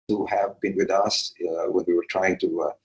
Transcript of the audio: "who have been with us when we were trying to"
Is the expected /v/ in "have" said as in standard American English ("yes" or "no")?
yes